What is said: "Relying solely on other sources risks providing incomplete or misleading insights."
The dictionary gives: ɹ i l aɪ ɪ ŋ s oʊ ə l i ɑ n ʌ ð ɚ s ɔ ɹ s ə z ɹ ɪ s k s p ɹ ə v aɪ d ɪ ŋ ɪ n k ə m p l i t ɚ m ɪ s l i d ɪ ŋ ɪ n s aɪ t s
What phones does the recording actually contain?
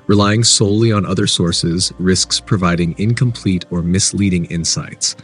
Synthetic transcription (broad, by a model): ɹ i l aɪ ɪ ŋ s oʊ ə l i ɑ n ʌ ð ɚ s ɔ ɹ s ə z ɹ ɪ s k s p ɹ ə v aɪ d ɪ ŋ ɪ n k ə m p l i t ɚ m ɪ s l i d ɪ ŋ ɪ n s aɪ t s